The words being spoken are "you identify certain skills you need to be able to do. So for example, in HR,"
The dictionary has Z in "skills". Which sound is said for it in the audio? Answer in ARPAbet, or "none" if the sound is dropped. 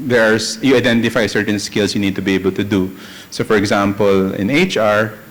S